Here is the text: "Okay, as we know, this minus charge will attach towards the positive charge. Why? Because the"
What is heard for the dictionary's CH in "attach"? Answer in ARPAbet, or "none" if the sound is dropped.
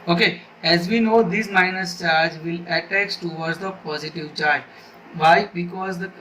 S